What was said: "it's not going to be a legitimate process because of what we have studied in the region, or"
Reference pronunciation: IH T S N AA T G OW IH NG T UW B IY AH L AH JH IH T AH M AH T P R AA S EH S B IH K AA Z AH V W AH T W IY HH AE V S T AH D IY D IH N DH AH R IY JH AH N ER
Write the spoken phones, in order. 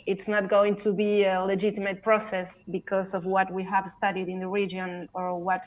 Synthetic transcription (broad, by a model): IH T S N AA T G OW IH NG T UW B IY AH L AH JH IH T AH M AH T P R AA S EH S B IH K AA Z AH V W AH T W IY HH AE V S T AH D IY D IH N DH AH R IY JH AH N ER